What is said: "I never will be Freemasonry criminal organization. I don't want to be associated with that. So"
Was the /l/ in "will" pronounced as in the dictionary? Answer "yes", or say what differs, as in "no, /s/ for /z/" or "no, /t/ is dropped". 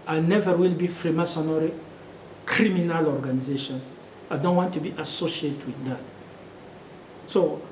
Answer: yes